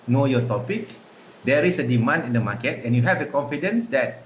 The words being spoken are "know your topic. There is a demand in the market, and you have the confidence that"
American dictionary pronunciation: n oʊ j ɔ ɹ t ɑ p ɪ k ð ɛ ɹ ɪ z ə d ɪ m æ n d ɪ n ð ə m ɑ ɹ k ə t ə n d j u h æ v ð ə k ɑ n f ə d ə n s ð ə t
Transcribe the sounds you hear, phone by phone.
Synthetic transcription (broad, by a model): n oʊ j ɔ t ɑ p ɪ k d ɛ ɹ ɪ s ə d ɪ m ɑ n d ɪ n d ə m ɑ k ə t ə n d j u h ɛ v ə k ɑ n f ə d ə n s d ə t